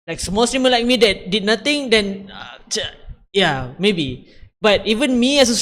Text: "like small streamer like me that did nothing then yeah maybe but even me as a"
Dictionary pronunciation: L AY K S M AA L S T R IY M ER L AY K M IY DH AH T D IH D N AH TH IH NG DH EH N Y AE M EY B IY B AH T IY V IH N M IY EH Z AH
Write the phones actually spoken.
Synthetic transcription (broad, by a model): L AY K S M AA L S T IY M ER L AY K M IY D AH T D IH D N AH T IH NG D EH N Y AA M EY B IY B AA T IY V IH N M IY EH S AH